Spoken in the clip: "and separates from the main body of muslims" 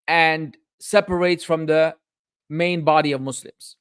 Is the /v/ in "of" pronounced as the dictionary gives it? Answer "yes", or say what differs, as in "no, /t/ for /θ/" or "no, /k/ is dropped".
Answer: yes